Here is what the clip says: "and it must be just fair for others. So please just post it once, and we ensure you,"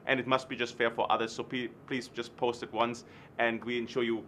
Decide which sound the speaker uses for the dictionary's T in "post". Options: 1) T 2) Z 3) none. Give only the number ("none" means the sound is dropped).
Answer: 1